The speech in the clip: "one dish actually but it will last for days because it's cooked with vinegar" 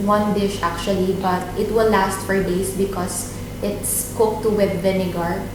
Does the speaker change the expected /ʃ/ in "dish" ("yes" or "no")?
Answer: no